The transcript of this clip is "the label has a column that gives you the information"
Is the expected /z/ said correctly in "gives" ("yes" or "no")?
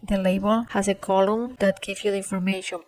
no